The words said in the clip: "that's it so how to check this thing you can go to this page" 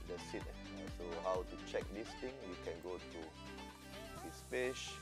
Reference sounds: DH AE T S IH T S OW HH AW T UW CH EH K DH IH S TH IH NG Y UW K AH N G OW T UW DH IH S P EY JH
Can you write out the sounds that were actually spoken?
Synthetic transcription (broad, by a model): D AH S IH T S OW HH AW T UW CH EH K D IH S T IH NG Y UW K AH N G OW T UW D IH S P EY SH